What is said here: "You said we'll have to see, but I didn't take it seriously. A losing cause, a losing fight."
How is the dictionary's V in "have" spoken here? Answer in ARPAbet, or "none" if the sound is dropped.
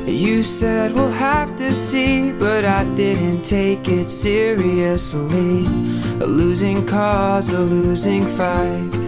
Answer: F